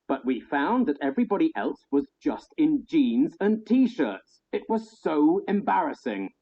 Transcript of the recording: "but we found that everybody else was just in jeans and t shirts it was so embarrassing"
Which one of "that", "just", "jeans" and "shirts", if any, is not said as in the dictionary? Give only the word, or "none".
none